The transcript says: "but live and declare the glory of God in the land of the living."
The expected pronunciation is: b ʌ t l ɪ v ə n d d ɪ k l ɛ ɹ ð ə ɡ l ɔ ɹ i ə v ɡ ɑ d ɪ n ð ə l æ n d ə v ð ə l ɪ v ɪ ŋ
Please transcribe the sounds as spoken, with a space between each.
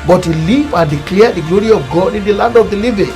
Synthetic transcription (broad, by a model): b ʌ t l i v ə n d d ɪ k l ɛ ɹ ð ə ɡ l ɔ ɹ i ə v ɡ ɑ d ɪ n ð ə l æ n d ə v ð ə l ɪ v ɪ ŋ